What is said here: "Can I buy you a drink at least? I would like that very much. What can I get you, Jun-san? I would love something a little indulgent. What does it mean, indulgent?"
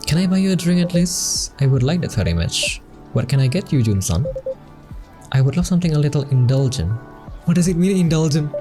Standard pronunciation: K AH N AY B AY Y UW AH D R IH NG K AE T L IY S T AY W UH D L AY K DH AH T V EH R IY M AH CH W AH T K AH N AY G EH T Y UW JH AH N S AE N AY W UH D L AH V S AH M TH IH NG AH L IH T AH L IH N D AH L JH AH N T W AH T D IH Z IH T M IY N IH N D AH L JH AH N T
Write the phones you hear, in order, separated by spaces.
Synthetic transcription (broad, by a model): K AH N AY B AY Y UW AH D R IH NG AE T L IY S T AY W UH D L AY K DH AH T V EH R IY M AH CH W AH T K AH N AY G EH T Y UW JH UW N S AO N AY W UH D L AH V S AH M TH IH NG AH L IH T AH L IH N D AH L JH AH N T W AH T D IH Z IH T M IY N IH N D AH L JH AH N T